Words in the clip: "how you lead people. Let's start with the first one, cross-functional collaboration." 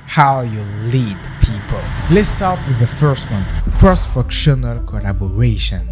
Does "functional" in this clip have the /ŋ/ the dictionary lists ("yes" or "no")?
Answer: no